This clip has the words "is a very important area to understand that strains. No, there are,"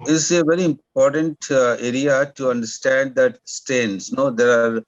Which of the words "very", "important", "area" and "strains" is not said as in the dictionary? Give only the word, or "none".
strains